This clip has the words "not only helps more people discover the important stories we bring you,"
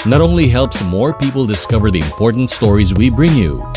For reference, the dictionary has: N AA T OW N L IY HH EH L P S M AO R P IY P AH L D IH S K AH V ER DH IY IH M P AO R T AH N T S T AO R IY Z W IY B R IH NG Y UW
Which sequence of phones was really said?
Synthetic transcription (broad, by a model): N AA T OW N L IY HH EH L P S M AO R P IY P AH L D IH S K AH V ER DH IY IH M P AO R T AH N T S T AO R IY Z W IY B R IH NG Y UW